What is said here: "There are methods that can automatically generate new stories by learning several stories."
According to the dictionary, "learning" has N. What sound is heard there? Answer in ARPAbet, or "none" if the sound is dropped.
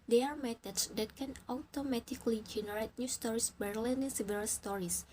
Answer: L